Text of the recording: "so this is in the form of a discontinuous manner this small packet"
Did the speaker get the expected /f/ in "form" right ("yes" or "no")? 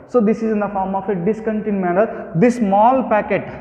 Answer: yes